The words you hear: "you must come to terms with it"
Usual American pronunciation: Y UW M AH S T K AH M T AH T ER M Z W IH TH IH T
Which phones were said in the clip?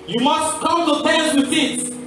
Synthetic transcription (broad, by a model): Y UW M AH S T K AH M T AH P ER Z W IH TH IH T